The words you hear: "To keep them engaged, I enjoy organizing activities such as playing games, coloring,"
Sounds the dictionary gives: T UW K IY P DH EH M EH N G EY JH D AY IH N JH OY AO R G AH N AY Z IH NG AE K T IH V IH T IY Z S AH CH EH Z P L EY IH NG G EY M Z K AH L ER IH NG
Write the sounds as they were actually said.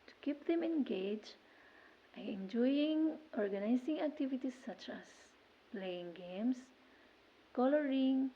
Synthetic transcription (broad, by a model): T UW K IY P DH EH M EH N G EY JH AY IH N JH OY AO R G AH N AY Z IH NG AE K T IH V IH T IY S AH CH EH S P L EY IH NG G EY M S K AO L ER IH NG